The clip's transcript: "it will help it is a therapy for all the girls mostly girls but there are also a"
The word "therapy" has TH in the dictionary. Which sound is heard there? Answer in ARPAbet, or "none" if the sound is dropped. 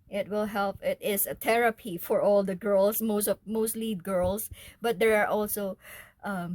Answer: T